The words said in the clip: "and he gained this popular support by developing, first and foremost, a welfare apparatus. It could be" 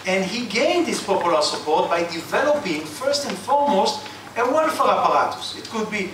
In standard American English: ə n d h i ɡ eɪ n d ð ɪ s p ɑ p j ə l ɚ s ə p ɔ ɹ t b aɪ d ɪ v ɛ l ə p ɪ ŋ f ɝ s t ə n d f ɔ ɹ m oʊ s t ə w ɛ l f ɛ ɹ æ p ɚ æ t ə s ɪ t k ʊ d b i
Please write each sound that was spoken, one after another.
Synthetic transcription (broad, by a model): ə n d h i ɡ eɪ n d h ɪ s p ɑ p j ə l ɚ s ə p ɔ ɹ t b aɪ d ɪ v ɛ l ə p ɪ ŋ f ɝ s t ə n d f ɔ ɹ m oʊ s t ə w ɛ n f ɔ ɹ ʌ p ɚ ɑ t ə s ɪ t k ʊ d b i